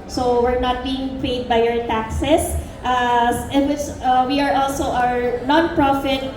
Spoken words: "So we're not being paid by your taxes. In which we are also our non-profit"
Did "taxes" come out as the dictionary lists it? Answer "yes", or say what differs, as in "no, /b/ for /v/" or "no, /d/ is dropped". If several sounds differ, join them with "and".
no, /s/ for /z/